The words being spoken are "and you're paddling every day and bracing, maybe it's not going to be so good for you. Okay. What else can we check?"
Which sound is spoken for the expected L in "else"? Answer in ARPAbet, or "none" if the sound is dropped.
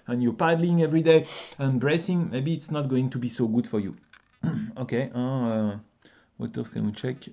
none